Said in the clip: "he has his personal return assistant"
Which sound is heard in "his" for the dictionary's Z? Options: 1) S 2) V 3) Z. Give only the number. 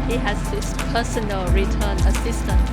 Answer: 1